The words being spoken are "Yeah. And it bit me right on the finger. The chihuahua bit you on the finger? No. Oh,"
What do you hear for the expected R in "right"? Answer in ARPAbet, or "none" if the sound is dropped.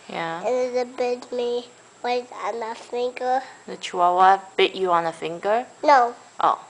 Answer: W